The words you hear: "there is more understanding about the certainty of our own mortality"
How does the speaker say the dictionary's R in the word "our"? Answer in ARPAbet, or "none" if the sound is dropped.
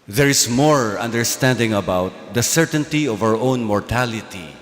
R